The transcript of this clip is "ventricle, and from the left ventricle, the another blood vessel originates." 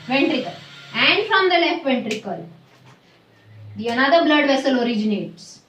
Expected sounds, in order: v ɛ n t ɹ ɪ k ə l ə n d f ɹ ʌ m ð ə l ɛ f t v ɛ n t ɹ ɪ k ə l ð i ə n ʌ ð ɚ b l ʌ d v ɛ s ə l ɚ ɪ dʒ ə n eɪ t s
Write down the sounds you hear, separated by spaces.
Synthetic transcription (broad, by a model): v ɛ n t ɹ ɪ k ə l ə n d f ɹ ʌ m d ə l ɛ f t v ɛ n t ɹ ɪ k ə l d i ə n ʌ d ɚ b l ʌ d v ɛ s ə l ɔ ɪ dʒ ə n eɪ t s